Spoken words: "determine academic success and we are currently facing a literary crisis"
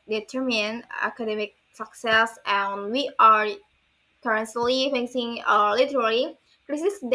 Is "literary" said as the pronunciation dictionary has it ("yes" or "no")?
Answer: no